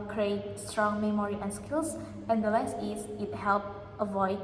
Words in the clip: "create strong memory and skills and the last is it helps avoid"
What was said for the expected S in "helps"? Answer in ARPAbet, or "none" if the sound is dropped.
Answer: none